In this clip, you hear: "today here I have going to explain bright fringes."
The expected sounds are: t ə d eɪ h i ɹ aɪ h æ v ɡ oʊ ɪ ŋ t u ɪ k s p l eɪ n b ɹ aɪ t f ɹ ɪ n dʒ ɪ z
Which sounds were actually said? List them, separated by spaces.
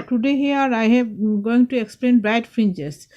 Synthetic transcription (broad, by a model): t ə d eɪ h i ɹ aɪ h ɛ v ɡ oʊ ɪ ŋ t u ɪ k s p l eɪ n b aɪ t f ɹ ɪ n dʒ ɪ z